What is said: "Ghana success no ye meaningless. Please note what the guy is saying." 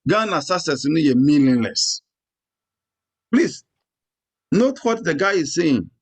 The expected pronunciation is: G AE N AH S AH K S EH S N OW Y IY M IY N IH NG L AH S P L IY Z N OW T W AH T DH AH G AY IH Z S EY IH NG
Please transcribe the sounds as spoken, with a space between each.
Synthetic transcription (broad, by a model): G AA N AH S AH S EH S N OW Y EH M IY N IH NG L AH S P L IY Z N OW T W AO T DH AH G AY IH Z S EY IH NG